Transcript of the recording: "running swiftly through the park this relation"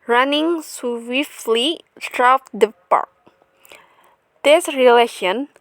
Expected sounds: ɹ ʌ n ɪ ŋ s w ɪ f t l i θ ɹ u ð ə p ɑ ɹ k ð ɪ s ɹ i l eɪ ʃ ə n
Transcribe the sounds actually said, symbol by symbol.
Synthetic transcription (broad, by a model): ɹ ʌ n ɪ ŋ s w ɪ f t l i s ɹ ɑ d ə p ɑ ɹ k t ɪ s ɹ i l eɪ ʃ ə n